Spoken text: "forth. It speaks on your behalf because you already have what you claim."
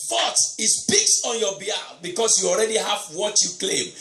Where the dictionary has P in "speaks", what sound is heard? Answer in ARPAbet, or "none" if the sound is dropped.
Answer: P